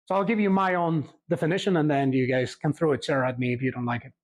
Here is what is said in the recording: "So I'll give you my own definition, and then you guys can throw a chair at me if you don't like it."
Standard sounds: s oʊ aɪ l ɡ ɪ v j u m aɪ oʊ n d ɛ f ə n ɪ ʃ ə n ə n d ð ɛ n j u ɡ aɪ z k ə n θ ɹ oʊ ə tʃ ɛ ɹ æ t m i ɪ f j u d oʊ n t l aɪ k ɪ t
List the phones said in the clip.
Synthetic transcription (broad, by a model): s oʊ aɪ l ɡ ɪ v j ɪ m aɪ oʊ n d ɛ f ə n ɪ ʃ ə n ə n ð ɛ n j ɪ ɡ aɪ z k ə n θ ɹ oʊ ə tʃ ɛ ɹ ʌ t m i ɪ f j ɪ d oʊ n t l aɪ k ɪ t